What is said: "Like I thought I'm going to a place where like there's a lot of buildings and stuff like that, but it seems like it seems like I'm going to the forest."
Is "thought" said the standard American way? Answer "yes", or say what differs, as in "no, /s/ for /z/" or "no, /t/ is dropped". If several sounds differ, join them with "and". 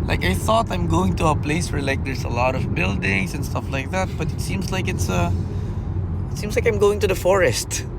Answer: yes